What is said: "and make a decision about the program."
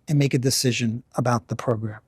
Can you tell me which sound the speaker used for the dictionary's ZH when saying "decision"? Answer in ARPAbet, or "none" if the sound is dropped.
ZH